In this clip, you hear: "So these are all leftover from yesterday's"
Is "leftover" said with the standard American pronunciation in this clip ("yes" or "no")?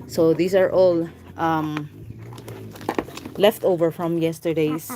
yes